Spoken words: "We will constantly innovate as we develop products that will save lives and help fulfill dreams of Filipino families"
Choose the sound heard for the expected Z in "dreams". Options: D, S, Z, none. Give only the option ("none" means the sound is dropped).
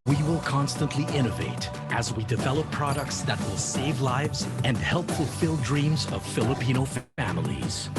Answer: Z